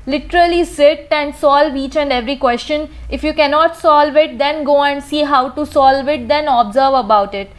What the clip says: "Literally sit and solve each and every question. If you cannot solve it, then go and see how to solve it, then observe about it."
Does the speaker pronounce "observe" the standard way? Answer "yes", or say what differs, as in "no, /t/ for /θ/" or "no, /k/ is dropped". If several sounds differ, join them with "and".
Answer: yes